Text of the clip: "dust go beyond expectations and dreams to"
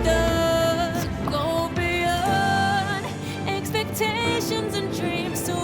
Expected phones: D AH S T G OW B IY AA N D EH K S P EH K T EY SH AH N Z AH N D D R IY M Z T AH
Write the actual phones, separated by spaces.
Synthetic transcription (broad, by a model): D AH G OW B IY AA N EH K S P EH K T EY SH AH N Z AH N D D R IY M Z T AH